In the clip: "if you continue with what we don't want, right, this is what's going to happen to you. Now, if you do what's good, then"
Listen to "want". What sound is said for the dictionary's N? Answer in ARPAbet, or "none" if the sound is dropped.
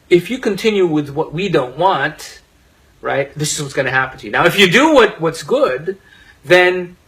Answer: N